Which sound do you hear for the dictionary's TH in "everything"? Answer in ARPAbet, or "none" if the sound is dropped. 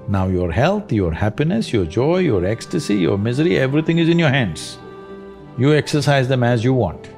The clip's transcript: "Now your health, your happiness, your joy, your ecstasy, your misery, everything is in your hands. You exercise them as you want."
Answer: T